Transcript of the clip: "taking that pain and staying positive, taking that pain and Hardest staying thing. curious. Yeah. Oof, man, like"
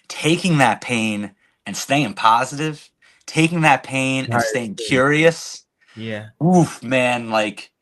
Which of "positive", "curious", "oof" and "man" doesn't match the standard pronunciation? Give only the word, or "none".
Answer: none